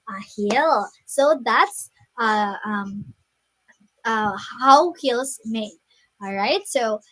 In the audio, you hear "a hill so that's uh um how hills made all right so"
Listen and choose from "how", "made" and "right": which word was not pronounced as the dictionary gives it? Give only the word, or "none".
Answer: made